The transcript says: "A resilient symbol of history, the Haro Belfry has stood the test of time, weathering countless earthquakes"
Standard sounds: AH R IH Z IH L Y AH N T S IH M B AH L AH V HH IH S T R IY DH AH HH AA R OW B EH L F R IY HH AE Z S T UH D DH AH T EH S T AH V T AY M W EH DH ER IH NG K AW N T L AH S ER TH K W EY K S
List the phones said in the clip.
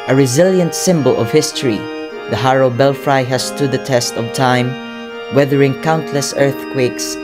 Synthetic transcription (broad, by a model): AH R IH Z IH L Y AH N T S IH M B AH L AH V HH IH S T R IY DH AH HH AA R OW B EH L F R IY HH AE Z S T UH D DH AH T EH S T AH V T AY M W EH DH ER IH NG K AW N T L AH S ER TH K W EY K S